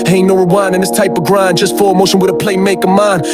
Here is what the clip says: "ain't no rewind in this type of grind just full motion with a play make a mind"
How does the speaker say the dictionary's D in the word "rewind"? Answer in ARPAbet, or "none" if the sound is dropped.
none